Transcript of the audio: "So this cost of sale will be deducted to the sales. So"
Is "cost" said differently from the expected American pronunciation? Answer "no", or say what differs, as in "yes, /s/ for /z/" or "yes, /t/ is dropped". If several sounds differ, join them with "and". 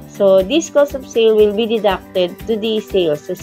yes, /t/ is dropped